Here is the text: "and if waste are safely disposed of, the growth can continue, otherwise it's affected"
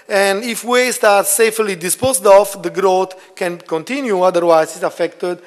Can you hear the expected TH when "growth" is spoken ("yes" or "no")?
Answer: no